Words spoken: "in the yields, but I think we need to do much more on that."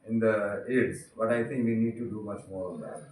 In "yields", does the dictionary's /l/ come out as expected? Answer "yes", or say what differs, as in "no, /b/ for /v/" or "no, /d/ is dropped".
no, /l/ is dropped